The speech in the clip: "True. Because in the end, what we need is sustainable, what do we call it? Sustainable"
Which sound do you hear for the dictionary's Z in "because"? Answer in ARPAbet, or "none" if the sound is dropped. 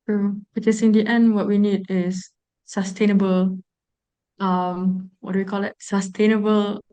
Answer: S